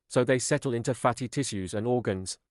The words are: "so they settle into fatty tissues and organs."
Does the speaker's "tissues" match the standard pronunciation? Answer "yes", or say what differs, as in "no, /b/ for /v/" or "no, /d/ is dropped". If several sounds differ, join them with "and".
yes